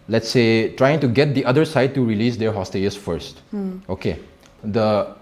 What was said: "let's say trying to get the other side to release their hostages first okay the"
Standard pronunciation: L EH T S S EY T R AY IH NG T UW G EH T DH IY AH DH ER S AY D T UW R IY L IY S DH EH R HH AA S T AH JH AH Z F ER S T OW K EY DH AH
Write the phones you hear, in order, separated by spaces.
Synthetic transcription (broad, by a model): L EH T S S EY T R AY IH NG T UW G EH T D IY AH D ER S AY D T UW R IY L IY S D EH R HH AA S T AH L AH S F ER S T OW K EY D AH